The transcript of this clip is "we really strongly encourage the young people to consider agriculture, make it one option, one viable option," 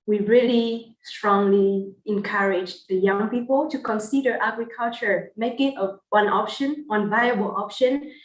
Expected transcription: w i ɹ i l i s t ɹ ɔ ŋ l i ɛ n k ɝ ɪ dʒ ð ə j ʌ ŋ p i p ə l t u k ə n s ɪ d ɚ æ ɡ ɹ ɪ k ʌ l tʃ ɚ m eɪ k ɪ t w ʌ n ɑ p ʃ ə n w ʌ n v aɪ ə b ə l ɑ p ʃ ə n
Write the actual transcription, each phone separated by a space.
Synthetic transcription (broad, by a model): w i ɹ i l i s t ɹ ɔ ŋ l i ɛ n k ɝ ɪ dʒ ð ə j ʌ ŋ p i p ə l t u k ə n s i d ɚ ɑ ɡ ɹ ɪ k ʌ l tʃ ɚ m eɪ k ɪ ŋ w ʌ n ɑ p ʃ ə n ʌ n v aɪ ə b ə l ɑ p ʃ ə n